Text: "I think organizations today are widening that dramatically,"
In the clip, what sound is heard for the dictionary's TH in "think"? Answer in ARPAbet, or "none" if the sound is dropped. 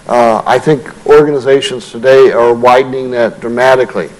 TH